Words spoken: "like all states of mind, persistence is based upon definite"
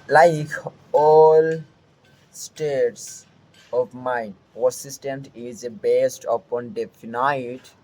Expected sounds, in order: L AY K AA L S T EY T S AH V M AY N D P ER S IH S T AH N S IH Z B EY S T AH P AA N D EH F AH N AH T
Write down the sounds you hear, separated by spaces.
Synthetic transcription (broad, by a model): L AY K AA L S T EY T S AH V M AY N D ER S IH S T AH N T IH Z B EY S T AH P AA N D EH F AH N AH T